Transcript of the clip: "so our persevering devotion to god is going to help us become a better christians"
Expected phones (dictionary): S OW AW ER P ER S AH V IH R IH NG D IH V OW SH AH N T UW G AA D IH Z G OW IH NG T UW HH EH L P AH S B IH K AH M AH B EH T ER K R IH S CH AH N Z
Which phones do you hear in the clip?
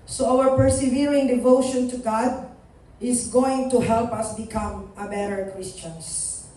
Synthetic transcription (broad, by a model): S OW AW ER P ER S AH V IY R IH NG D IH V OW SH AH N T UW G AA D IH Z G OW IH NG T UW HH EH L P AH S B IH K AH M AH B EH T ER K R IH S CH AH N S